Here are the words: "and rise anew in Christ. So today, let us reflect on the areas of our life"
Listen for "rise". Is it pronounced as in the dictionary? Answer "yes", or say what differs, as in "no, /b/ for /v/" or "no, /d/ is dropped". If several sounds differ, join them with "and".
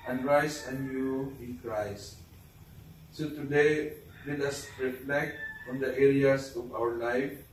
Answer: no, /s/ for /z/